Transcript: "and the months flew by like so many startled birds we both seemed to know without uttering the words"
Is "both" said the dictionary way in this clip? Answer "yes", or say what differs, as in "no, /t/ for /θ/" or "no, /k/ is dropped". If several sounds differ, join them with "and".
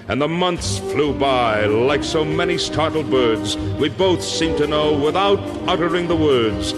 yes